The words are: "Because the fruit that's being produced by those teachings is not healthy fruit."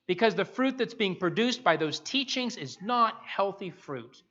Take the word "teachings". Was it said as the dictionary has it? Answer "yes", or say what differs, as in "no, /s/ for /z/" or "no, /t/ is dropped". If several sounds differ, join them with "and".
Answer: yes